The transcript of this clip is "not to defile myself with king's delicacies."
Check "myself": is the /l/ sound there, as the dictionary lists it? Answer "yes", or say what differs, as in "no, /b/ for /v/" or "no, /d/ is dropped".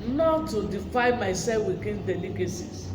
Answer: no, /l/ is dropped